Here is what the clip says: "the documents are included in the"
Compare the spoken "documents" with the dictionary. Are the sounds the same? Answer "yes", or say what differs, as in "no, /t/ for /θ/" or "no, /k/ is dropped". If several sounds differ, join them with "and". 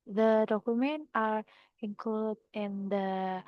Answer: no, /s/ is dropped